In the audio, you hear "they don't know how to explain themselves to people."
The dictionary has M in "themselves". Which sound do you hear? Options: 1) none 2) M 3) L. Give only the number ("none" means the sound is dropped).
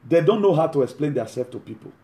1